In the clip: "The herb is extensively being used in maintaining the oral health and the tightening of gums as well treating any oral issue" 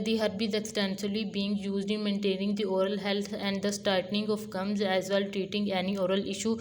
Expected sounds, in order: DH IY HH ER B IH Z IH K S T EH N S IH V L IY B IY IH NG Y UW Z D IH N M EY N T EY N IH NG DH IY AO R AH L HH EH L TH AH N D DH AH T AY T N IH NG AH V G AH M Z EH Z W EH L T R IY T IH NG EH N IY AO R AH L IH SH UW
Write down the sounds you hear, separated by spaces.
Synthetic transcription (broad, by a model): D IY HH ER B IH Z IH K S T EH N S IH L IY B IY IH NG Y UW Z D IH N M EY N T EY N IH NG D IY AO R AH L HH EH L T AH N D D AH T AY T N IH NG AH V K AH M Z EH Z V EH L T R IY T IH NG EH N IY AO R AH L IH SH UW